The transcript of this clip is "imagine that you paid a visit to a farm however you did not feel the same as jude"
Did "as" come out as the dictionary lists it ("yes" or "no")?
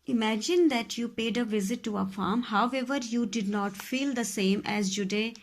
yes